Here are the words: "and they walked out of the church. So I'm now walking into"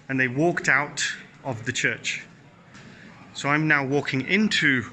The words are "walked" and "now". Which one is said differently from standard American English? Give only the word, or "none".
none